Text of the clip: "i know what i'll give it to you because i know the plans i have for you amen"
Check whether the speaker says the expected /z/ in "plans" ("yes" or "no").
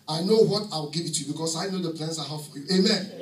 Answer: no